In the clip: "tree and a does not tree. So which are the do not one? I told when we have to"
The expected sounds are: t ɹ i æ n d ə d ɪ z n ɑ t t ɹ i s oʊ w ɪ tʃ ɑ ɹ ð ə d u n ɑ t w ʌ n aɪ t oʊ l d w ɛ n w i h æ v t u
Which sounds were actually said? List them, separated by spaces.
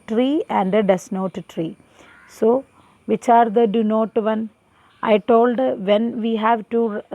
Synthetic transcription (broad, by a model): t ɹ i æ n d ə d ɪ s n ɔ t t ɹ i s oʊ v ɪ tʃ ɑ ɹ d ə d u n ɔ t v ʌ n aɪ t oʊ l d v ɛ n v i h æ v t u